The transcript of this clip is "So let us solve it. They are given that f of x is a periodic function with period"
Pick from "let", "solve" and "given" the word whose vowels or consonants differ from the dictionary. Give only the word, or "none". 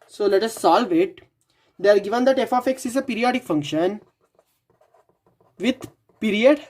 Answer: none